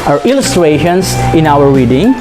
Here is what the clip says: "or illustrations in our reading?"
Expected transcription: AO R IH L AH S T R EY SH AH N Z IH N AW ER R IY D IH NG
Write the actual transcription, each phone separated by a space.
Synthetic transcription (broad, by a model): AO R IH L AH S T R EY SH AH N S IH N AW ER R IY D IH NG